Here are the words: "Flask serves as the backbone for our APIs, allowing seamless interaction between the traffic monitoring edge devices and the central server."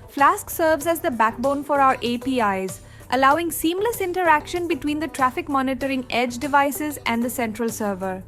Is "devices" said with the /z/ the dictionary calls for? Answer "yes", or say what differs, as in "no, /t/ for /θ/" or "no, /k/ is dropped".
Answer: yes